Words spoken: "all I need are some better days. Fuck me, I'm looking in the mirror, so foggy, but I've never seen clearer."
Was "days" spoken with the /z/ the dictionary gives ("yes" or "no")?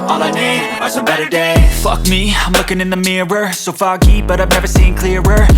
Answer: no